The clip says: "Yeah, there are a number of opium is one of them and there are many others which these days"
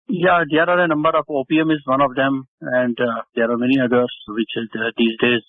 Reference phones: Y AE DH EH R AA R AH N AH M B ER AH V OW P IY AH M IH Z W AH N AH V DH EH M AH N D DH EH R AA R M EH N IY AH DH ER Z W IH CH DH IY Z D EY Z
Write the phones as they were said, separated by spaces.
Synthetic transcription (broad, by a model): Y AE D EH R AA R AH N AH M B ER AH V OW P IY AH M IH Z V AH N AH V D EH M AH N D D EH R AA R M EH N IY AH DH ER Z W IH CH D IY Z D EY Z